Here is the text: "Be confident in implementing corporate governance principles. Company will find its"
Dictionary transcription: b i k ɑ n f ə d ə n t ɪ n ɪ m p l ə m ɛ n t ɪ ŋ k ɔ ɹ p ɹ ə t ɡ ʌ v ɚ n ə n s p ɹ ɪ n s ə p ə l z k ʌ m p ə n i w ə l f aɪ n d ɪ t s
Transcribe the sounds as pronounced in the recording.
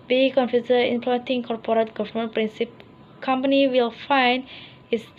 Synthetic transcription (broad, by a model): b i k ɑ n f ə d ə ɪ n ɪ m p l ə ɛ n t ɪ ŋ k ɔ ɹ p ɹ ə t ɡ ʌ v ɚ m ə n p ɹ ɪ n s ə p k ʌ m p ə n i w ə l f aɪ n d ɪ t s